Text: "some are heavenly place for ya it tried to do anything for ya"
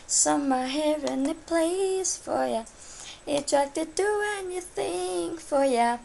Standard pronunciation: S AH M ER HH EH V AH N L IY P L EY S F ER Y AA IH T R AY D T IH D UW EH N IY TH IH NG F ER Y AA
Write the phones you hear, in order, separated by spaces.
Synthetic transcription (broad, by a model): S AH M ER HH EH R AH N IY P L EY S F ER Y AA IH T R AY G T IH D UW EH N IY TH IH NG F ER Y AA